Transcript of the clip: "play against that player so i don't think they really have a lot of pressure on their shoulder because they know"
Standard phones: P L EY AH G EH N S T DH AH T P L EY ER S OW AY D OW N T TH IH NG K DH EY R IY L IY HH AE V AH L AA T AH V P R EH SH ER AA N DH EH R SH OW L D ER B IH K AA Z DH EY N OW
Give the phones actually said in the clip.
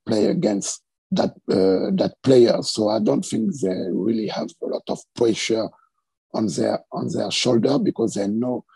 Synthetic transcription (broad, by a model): P L EY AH G EH N S T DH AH T P L EY ER S OW AY D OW N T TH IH NG K DH EY R IY L IY HH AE V AH L AA T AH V P R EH SH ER AA N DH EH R SH OW L D ER B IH K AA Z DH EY N OW